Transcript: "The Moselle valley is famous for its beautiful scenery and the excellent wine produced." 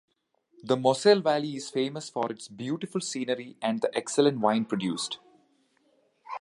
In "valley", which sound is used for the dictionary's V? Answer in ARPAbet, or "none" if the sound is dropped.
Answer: V